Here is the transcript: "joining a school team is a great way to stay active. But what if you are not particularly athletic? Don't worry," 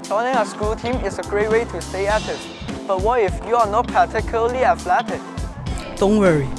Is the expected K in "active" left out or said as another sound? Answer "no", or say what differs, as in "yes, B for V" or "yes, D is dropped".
yes, K is dropped